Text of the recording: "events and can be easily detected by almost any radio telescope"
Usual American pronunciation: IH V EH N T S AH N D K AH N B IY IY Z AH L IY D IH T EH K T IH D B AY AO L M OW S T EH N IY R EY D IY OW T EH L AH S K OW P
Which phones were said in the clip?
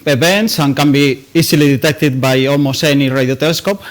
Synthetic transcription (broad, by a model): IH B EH N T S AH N K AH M B IY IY S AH L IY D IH T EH K T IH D B AY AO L M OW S EH N IY R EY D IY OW T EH L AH S K OW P